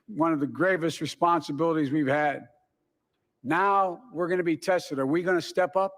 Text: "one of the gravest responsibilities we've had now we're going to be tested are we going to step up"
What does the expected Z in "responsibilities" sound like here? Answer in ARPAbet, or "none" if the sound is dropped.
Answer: Z